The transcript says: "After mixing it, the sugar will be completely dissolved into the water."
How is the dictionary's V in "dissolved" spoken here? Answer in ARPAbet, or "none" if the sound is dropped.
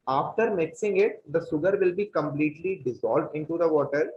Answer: V